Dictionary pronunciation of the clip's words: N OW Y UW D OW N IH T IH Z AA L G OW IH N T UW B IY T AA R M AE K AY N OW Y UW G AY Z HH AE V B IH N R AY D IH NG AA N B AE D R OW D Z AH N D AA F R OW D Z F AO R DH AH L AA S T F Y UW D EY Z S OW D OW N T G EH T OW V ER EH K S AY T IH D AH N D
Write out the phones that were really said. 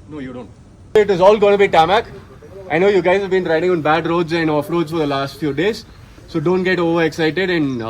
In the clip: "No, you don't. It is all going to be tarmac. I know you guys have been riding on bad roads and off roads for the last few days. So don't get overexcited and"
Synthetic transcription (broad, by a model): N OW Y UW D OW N IH T IH Z AA L G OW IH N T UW B IY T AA M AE K AY N OW Y UW G AY Z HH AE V B IH N R AY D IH NG AA N B AE D R OW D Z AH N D AA F R OW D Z F AO R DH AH L AA S T F Y UW D EY Z S OW D OW N T G EH T OW V ER EH K S AY T IH D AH N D